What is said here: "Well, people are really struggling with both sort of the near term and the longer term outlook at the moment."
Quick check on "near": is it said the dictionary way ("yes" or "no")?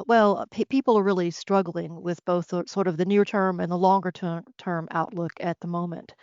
yes